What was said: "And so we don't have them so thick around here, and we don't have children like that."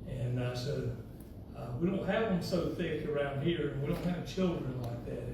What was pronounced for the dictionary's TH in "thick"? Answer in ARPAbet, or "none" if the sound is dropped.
TH